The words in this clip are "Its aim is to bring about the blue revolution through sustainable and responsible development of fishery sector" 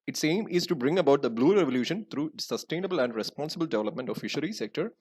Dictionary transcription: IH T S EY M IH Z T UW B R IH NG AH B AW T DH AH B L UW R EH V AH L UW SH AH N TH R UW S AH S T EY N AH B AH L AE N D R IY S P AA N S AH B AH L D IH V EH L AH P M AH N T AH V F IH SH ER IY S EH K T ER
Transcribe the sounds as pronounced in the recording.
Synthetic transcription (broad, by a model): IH T S EY M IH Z T UW B R IH NG AH B AW T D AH B L UW R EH V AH L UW SH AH N T R UW S AH S T EY N AH B AH L AE N D R IY S P AA N S AH B AH L D IH V EH L AH P M AH N T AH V F IH SH ER IY S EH K T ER